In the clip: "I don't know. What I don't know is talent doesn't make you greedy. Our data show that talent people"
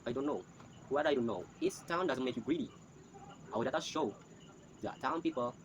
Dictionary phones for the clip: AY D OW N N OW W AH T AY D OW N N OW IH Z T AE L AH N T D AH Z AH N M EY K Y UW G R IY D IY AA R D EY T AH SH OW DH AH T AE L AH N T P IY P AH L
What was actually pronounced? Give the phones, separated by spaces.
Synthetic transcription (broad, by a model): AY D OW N N OW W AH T AY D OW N N OW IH S T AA AH N D AH Z AH N M EY K Y UW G R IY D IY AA W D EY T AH SH OW DH AH T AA AH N P IY P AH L